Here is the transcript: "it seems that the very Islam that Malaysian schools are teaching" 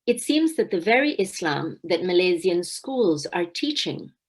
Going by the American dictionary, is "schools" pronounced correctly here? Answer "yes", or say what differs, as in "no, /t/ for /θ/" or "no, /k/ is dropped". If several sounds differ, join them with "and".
yes